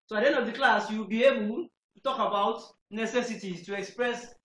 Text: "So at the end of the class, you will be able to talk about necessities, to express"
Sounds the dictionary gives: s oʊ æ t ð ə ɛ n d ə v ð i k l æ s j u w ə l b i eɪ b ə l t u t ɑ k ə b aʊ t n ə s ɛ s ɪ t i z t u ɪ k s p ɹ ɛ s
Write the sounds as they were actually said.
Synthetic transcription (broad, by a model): s oʊ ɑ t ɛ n ə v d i k l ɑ s j u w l b i eɪ b ə l t u t ɑ k ə b aʊ t n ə s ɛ s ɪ t i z t u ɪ k s p ɹ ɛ s